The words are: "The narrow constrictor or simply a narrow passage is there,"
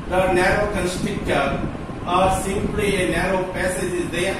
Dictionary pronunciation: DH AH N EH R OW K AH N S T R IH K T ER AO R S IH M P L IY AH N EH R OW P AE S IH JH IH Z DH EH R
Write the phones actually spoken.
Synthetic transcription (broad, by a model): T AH N EH R OW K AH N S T IH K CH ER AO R S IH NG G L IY AH N EH R OW P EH S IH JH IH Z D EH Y